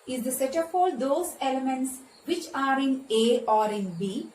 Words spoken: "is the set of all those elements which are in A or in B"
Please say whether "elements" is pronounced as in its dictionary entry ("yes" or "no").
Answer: yes